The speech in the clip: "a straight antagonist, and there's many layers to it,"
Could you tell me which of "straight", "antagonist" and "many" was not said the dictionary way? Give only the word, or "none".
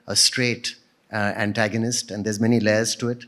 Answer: none